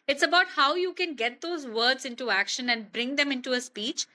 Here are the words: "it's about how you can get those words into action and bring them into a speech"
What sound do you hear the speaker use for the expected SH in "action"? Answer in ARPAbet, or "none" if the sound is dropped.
SH